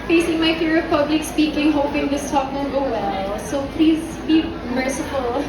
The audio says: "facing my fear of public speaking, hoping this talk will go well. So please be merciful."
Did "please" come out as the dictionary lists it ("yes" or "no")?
yes